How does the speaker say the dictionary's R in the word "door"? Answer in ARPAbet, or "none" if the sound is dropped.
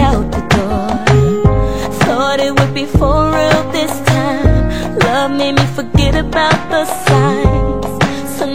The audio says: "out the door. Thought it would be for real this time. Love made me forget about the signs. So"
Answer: R